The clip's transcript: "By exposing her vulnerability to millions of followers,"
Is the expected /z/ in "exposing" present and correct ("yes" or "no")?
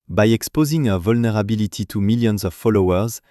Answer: yes